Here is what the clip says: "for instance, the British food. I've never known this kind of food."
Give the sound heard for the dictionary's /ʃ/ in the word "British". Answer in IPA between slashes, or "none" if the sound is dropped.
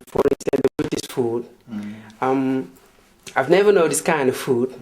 /s/